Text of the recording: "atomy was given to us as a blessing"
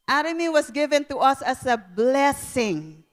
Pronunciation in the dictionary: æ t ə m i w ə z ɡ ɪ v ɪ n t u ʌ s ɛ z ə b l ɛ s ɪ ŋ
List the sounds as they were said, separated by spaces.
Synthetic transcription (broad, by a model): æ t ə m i w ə s ɡ ɪ v ɪ n t u ʌ s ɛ s ə b l ɛ s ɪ ŋ